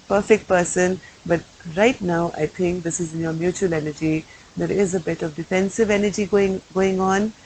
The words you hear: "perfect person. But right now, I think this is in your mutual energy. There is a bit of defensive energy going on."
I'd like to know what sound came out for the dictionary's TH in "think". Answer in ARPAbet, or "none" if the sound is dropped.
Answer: T